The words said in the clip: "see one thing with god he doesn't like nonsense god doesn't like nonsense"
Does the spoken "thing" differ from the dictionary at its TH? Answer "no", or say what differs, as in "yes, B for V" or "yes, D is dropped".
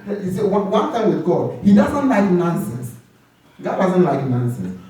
yes, T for TH